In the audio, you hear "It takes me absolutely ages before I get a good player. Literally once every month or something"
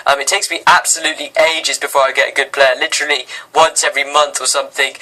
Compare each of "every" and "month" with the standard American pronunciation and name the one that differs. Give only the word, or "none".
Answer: none